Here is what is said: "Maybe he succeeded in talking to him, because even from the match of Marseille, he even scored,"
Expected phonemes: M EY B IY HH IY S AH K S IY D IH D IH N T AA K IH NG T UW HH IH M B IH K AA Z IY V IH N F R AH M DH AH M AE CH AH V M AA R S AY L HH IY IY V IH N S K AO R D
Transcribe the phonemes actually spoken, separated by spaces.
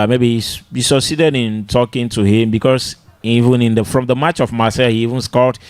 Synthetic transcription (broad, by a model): M EY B IY HH IY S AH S S IY D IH D IH N T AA K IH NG T UW HH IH M B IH K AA S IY V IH N F R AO M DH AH M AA CH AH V M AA S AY HH IY IY V IH N S K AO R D